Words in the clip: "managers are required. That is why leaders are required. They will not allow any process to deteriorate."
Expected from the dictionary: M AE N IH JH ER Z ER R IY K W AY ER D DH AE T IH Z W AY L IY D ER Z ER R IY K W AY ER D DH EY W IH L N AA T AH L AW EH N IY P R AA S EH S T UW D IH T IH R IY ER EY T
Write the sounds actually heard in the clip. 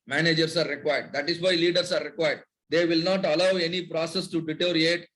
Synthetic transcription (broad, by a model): M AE N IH JH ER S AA R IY K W AY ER D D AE T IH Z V AY L IY D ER S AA R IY K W AY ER D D EY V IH L N AA T AH L AW EH N IY P R AA S EH S T UW D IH T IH R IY EY T